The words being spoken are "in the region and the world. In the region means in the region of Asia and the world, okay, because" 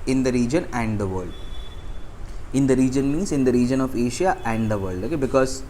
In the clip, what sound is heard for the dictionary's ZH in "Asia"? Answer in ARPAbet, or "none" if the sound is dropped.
SH